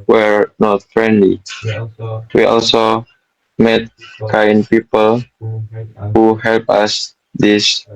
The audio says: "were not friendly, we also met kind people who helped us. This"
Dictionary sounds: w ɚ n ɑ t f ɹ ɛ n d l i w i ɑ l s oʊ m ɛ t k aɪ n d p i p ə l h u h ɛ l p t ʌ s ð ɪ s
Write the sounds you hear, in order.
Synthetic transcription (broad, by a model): w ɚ n ɑ t f ɹ ɛ n d l i w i ɑ l s oʊ m ɛ t k aɪ n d p i p ə l h u h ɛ l p ʌ s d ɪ s